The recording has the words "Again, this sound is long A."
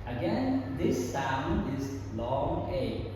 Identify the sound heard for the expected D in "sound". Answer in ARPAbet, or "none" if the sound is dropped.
none